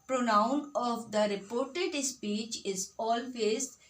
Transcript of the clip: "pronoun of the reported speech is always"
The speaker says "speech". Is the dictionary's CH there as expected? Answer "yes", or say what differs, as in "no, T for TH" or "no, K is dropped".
yes